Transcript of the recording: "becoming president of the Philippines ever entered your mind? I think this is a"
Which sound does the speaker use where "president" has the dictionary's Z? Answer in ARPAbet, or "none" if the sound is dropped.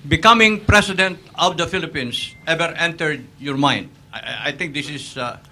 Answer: S